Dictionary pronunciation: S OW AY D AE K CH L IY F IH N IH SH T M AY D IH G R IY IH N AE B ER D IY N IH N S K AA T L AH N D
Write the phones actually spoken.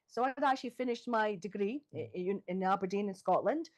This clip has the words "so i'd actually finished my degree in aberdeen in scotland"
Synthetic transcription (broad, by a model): S OW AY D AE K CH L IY F IH N IH SH T M AY D IH G R IY IH N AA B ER D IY N IH N S K AA T L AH N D